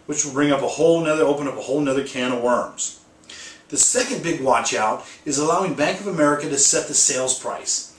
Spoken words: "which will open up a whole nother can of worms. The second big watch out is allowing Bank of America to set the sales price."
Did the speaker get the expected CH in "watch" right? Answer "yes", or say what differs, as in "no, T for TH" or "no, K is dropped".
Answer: yes